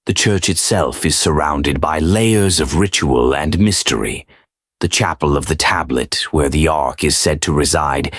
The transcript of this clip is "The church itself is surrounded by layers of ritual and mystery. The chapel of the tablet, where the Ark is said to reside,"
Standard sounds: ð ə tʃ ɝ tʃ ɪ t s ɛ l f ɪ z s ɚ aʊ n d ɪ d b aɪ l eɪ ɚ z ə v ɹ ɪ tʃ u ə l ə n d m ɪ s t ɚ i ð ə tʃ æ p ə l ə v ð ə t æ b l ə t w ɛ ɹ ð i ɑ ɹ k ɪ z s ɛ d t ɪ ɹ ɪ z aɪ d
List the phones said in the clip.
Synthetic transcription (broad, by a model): ð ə tʃ ɝ tʃ ɪ t s ɛ l f ɪ z s ɚ aʊ n d ɪ d b aɪ l eɪ ɚ z ə v ɹ ɪ tʃ u ə l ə n m ɪ s t ɚ i ð ə tʃ æ p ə l ə v ð ə t æ b l ə t w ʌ ɹ ð i ɑ ɹ k ɪ z s ɛ d t ɪ ɹ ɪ z aɪ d